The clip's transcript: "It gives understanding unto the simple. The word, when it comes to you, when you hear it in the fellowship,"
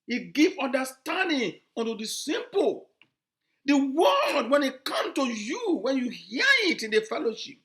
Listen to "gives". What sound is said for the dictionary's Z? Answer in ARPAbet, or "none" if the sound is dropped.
none